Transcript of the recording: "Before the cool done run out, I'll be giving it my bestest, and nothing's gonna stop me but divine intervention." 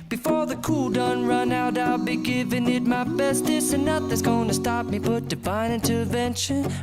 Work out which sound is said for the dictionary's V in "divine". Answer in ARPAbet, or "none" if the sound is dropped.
B